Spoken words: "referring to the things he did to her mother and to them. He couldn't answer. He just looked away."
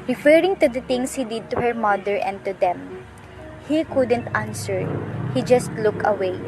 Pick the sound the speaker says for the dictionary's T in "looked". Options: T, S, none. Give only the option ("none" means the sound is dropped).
none